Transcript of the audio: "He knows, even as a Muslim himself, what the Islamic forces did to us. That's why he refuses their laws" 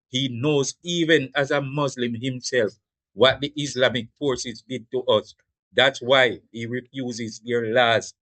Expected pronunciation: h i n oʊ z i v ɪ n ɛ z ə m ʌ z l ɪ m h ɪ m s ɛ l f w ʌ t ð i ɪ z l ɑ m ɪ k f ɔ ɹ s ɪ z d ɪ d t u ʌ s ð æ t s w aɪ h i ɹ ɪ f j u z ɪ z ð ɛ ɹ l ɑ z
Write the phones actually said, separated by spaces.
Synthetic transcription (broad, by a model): h i n oʊ z i v ɪ n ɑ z ə m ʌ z l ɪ m h ɪ m s ɛ l f w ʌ t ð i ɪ s l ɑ m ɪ k f ɔ ɹ s ɪ z d ɪ d t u ʌ s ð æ t s w aɪ h i ɹ ɪ f j u z ɪ z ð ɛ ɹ l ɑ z